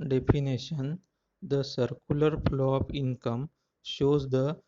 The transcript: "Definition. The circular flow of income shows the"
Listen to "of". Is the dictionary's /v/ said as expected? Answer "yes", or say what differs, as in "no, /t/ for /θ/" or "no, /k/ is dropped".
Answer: no, /p/ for /v/